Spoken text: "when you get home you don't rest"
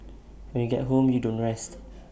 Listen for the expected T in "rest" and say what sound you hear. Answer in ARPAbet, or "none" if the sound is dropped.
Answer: T